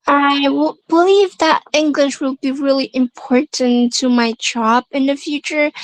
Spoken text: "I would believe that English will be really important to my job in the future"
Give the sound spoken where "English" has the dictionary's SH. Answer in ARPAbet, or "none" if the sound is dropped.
SH